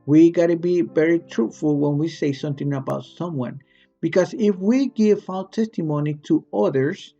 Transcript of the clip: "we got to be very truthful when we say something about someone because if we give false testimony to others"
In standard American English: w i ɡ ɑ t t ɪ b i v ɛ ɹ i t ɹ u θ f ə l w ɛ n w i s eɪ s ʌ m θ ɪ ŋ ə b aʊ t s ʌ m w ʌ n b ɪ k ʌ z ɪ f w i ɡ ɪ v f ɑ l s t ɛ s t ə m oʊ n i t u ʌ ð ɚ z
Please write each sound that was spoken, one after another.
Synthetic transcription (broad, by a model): w i ɡ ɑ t t ɪ b i v ɛ ɹ i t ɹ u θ f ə l w ɛ n w i s eɪ s ʌ m θ ɪ ŋ ə b aʊ t s ʌ m w ʌ n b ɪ k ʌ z ɪ f w i ɡ ɪ v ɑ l t ɛ s t ə m oʊ n i t u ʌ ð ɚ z